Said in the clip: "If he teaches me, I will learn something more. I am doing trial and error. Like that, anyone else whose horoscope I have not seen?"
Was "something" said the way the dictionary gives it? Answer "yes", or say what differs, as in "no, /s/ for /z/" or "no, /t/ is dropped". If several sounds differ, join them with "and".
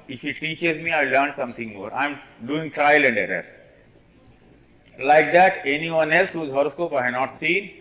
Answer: no, /t/ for /θ/